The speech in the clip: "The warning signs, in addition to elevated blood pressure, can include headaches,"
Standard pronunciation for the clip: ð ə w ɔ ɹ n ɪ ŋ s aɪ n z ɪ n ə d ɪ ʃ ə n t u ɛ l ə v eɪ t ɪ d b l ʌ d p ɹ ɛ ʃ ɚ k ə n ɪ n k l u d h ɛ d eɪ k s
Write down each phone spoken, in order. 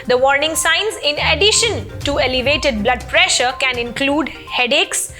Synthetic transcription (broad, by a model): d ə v ɔ ɹ n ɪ ŋ s aɪ n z ɪ n ə d ɪ ʃ ə n t u ɛ l ə v eɪ t ɪ d b l ʌ d p ɹ ɛ ʃ ɚ k ə n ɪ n k l u d h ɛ d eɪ k s